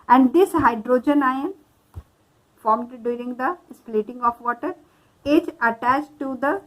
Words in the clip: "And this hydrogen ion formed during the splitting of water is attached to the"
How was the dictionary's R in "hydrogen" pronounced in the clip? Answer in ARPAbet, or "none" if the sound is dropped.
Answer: R